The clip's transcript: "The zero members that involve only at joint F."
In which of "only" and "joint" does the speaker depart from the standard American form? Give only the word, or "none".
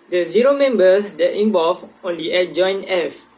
joint